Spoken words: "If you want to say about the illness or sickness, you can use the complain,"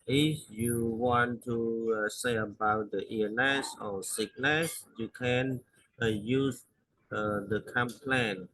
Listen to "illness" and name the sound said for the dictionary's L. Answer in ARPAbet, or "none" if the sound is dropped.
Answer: none